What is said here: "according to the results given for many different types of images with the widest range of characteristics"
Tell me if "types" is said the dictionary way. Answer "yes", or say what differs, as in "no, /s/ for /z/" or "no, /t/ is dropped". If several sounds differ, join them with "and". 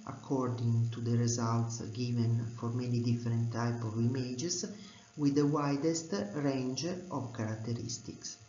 no, /s/ is dropped